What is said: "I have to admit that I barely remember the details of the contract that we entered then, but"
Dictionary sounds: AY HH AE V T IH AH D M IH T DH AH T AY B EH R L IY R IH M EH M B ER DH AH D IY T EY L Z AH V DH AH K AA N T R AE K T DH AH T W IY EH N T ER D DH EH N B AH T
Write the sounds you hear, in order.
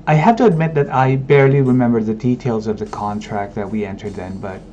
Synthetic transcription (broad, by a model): AY HH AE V T IH AH D M IH T DH AH T AY B EH R L IY R IH M EH M B ER DH AH D IY T EY L Z AH V DH AH K AA N T R AE K T DH AH T W IY EH N T ER D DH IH N B AH T